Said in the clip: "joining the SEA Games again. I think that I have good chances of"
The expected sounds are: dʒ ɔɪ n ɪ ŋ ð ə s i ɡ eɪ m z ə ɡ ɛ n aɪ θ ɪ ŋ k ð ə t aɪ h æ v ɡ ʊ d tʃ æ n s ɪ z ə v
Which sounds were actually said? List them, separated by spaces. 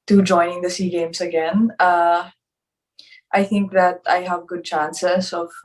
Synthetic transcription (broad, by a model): dʒ ɔɪ n ɪ ŋ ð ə s i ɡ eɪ m s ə ɡ ɛ n aɪ θ ɪ ŋ k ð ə t aɪ h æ v ɡ ʊ d tʃ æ n s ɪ s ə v